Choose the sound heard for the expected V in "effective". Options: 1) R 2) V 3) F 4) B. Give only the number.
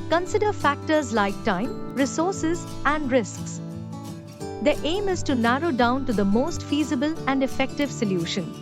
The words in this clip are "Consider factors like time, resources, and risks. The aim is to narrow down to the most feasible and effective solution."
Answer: 2